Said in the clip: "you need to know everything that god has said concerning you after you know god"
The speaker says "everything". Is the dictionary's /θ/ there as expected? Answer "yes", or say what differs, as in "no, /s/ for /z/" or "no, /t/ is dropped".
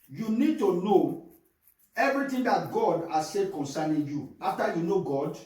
no, /t/ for /θ/